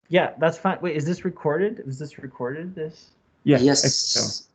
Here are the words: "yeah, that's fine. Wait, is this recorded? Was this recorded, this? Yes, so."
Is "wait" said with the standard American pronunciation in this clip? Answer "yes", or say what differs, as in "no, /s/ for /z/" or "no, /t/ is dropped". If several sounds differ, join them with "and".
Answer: no, /t/ is dropped